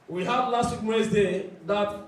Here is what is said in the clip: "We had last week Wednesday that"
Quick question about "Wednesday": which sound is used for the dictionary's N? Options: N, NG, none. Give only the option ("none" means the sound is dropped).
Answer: none